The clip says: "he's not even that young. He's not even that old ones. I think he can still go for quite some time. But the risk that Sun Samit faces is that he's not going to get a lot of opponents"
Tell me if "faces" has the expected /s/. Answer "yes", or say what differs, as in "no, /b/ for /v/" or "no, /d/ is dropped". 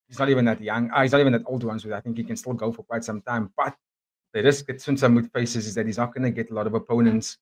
yes